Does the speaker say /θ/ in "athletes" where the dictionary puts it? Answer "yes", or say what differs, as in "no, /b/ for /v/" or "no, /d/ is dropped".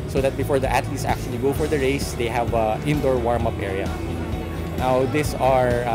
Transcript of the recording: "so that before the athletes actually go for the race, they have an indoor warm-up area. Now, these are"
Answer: no, /t/ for /θ/